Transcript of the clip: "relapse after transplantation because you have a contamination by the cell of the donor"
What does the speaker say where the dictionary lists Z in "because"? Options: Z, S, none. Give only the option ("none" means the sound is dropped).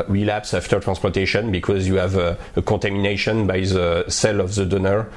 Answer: Z